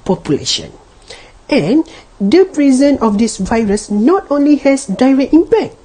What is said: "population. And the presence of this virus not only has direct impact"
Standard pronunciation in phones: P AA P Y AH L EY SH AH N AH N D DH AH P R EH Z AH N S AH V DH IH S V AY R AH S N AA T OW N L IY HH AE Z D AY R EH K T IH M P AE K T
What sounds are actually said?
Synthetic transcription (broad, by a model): P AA P Y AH L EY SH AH N AH N D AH P R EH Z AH N AH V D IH S V AY R AH S N AA T OW N L IY HH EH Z D AY R EH K T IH M P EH K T